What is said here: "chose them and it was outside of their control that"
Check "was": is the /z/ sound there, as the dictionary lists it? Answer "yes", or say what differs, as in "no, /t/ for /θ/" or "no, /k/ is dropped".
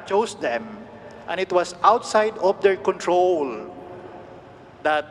no, /s/ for /z/